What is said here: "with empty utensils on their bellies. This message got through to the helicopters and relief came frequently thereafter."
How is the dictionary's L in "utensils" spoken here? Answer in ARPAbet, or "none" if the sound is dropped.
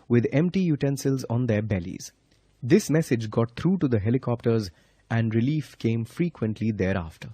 L